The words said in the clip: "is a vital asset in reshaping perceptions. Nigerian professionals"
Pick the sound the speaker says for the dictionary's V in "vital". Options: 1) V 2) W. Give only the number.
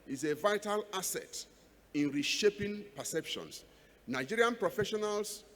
1